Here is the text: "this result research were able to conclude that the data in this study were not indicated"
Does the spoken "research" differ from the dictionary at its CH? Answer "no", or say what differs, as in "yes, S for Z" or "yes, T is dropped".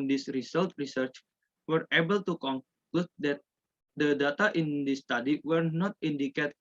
no